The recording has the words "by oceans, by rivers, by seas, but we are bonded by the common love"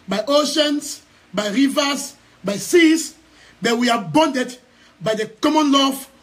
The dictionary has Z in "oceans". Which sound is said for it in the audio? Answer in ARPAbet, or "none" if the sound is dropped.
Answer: S